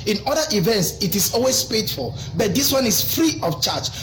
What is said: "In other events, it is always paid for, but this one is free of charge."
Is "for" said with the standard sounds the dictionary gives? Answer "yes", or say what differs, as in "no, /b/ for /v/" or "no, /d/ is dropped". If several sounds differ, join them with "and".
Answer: no, /l/ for /ɹ/